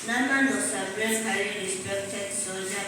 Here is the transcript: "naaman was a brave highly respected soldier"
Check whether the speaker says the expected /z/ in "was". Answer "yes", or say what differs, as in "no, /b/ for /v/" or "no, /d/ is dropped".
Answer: no, /s/ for /z/